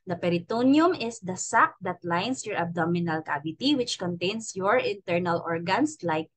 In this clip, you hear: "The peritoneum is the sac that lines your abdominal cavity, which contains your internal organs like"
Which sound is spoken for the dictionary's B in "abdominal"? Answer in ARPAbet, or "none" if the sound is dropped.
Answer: B